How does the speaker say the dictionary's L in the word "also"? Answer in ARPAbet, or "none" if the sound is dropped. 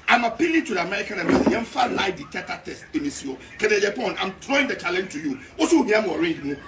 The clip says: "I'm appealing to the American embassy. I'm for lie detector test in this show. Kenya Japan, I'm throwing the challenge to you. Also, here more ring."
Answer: none